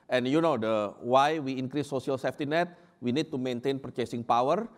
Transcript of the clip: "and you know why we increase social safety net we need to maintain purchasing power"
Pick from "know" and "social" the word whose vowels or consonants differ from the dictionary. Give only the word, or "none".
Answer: social